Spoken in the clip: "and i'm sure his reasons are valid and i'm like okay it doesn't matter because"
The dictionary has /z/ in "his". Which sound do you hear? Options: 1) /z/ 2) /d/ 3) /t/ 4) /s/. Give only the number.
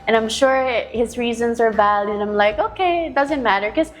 1